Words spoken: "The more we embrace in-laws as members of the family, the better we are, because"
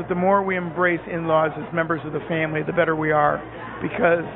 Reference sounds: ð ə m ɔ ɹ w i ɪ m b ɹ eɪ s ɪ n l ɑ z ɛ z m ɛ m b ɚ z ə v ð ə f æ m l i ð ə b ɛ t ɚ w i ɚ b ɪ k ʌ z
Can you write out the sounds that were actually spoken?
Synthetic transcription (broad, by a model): ð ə m ɔ ɹ w i ɪ m b ɹ eɪ s ɪ n l ɑ z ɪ z m ɛ m b ɚ z ə v ð ə f æ m l i ð ə b ɛ t ɚ w i ɚ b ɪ k ʌ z